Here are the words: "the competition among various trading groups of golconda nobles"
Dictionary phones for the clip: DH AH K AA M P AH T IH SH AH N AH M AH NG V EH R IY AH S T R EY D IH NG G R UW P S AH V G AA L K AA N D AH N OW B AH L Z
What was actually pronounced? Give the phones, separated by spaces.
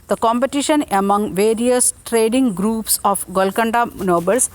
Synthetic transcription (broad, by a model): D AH K AA M P AH T IH SH AH N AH M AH NG V EH R IY AH S T R EY D IH NG G R UW P S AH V G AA L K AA N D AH N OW B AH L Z